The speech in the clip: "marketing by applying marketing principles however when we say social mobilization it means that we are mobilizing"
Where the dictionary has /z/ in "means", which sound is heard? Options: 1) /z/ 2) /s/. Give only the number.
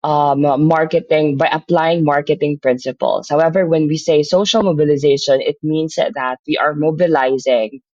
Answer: 2